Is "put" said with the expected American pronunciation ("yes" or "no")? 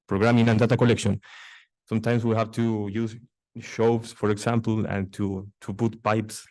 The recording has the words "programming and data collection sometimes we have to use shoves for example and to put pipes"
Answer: no